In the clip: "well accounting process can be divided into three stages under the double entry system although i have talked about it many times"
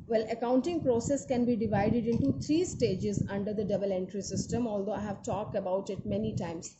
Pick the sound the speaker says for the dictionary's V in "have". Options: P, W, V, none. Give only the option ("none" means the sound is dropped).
V